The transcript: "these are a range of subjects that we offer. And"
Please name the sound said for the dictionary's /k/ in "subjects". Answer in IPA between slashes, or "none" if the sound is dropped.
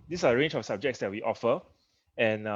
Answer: /k/